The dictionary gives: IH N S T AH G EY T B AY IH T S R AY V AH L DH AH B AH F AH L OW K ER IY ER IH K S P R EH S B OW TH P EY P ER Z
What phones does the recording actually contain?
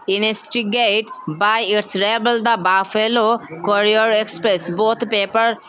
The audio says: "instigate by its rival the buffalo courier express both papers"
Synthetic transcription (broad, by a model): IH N S T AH G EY T B AY IH T S R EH B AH L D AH B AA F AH L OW K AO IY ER IH K S P R EH S B OW T P EY P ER